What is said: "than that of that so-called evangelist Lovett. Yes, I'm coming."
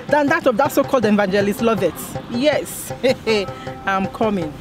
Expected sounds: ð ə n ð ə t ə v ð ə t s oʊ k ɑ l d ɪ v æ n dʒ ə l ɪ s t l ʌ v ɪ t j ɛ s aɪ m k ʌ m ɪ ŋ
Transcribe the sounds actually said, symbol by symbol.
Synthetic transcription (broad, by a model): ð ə n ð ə t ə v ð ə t s oʊ k ɑ l d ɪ v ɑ n dʒ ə l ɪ s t l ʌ v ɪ t j ɛ s aɪ m k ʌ m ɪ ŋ